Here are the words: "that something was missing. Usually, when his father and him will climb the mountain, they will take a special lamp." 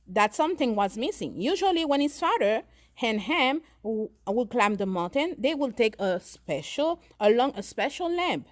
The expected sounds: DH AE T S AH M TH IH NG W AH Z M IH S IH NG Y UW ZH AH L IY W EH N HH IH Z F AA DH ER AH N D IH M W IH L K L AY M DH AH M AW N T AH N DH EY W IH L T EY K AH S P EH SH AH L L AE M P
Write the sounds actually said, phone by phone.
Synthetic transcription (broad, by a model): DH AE T S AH M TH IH NG W AH Z M IH S IH NG Y UW ZH AH L IY W EH N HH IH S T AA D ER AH N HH IH M W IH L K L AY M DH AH M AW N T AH N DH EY W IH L T EY K AH S P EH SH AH L L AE M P